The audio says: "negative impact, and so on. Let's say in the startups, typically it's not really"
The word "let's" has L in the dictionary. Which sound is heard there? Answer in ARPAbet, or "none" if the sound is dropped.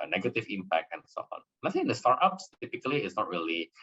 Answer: N